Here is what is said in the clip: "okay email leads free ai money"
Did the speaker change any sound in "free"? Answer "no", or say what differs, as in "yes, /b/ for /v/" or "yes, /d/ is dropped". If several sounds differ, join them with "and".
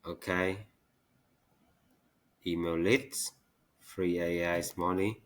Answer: no